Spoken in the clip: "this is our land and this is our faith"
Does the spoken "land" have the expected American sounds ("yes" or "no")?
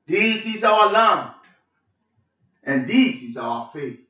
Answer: no